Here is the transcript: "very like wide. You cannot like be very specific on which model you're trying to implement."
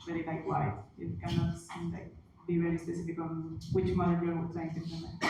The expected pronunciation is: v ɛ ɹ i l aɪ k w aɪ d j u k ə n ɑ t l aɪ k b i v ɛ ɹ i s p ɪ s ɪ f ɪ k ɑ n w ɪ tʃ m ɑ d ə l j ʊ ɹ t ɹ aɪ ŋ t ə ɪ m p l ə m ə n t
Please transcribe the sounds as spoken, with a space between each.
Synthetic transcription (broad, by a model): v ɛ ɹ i l aɪ k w aɪ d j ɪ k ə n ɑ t l aɪ k b i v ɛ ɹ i s p ɪ s ɪ f ɪ k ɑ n w ɪ tʃ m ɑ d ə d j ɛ w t l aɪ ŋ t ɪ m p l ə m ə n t